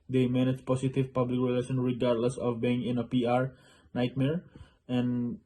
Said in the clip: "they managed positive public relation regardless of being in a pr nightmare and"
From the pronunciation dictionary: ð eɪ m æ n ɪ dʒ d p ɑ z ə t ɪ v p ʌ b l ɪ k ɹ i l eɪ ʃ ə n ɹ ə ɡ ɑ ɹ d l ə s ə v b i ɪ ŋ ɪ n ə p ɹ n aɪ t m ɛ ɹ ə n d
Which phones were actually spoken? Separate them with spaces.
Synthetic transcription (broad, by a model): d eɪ m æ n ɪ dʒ p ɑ s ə t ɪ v p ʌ b l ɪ k ɹ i l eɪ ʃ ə n ɹ ə ɡ ɑ ɹ d l ə s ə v b i ɪ ŋ ɪ n ə p ɹ n aɪ t m ɛ ɹ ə n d